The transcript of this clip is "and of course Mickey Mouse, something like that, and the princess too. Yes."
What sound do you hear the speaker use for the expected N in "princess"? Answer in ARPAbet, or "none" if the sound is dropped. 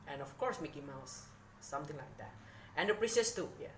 none